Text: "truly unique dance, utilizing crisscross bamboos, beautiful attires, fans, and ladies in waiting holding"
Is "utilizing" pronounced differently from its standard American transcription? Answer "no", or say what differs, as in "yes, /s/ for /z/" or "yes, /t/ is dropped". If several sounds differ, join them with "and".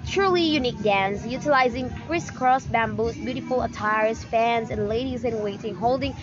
no